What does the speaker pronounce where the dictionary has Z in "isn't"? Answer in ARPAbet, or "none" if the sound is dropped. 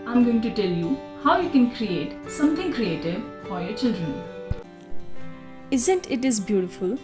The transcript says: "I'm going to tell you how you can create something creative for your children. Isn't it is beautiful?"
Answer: Z